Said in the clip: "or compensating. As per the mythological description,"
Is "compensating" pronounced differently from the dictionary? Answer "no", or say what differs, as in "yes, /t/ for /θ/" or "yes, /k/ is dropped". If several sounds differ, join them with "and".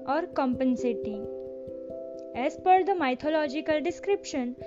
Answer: no